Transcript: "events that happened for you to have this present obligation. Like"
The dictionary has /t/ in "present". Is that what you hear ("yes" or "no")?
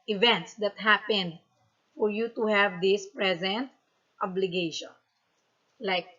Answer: yes